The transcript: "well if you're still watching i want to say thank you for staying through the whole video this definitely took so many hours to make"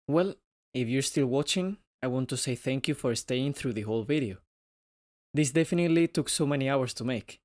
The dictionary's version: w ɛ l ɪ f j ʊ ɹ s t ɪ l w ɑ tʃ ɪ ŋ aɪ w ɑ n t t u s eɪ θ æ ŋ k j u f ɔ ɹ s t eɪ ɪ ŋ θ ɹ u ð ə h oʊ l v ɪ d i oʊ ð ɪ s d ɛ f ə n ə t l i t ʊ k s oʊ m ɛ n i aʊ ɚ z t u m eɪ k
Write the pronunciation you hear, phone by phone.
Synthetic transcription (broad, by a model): w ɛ l ɪ f j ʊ ɹ s t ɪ l w ɑ tʃ ɪ ŋ aɪ w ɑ n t t u s eɪ θ æ ŋ k j u f ɔ ɹ s t eɪ ɪ ŋ θ ɹ u ð ə h oʊ l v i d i oʊ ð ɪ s d ɛ f ə n ə t l i t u k s oʊ m ɛ n i aʊ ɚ s t u m eɪ k